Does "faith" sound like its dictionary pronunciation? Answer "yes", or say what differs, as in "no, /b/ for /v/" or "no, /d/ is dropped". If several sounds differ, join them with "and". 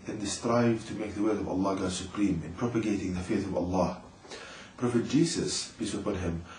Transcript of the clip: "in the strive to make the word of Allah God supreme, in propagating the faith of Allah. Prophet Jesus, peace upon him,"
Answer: yes